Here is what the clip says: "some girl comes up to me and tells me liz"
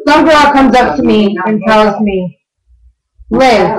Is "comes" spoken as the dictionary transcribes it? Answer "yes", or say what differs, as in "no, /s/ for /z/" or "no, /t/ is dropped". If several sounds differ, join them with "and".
yes